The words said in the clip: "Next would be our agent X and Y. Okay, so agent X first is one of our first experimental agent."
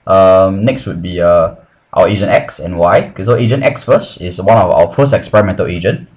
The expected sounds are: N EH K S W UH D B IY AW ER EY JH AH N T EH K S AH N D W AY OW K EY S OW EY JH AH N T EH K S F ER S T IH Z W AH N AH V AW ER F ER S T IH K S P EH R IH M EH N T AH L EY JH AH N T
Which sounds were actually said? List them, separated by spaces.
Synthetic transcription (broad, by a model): N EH K S W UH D B IY AW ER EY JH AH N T EH K S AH N W AY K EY S OW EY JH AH N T EH K S F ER S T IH S W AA N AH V AW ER F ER S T IH K S P EH R IH M EH N T AH L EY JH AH N